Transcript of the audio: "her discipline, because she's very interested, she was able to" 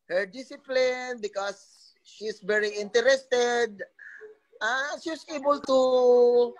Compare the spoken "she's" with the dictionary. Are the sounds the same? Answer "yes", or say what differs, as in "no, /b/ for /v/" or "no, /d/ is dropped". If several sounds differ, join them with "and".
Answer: no, /s/ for /z/